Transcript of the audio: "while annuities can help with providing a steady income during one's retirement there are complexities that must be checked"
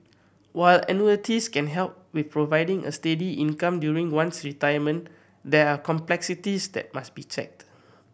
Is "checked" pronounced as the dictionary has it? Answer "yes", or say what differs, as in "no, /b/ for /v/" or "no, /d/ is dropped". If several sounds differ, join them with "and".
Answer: yes